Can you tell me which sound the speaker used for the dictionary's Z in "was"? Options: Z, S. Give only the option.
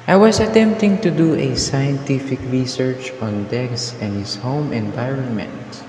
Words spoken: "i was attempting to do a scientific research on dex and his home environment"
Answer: S